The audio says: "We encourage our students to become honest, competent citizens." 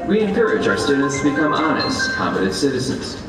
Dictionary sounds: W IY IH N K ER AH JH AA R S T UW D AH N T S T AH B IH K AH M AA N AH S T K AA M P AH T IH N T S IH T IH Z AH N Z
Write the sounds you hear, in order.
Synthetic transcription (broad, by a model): W IY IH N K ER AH JH AA R S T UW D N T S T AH B IH K AH M AA N AH S T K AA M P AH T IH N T S IH T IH Z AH N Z